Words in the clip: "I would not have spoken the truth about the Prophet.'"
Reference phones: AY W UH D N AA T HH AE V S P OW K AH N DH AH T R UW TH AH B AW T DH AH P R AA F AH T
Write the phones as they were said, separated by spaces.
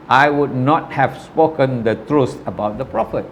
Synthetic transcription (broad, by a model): AY W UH D N AA T HH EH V S P OW K AH N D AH T R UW S AH B AW T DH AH P R AA F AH T